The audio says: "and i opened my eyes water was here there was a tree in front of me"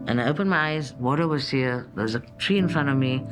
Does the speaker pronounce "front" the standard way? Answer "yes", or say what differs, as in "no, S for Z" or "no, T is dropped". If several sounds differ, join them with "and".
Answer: yes